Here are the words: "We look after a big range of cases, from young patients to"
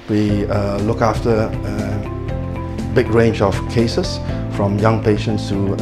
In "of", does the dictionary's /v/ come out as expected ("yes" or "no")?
no